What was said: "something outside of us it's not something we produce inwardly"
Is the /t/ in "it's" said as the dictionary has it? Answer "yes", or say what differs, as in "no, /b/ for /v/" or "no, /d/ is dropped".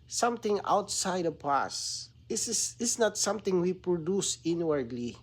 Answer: no, /s/ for /t/